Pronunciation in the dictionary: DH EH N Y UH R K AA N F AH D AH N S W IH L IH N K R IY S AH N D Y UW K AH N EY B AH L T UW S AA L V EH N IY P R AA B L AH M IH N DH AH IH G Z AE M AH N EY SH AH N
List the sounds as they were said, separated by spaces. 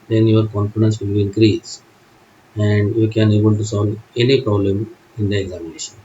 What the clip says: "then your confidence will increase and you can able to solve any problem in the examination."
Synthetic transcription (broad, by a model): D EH N Y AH R K AA N F AH D AH N S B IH W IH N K R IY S AH N D Y UW K AH N EY B AH L T UW S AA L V EH N IY P R AA B L AH M IH N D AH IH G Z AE M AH N EY SH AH N